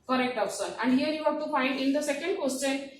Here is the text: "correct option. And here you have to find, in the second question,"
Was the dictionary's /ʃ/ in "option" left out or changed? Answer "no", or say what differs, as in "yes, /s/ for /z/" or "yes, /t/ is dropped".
yes, /s/ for /ʃ/